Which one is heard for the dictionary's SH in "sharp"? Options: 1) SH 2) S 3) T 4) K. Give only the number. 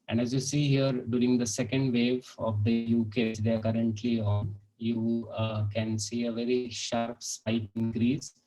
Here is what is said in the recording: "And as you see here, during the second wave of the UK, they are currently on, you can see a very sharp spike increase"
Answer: 1